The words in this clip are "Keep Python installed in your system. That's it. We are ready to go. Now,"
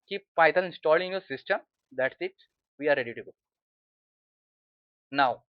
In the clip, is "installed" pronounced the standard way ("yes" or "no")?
no